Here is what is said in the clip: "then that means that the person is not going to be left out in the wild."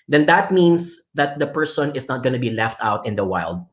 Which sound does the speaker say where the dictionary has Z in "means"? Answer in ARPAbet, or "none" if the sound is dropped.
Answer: S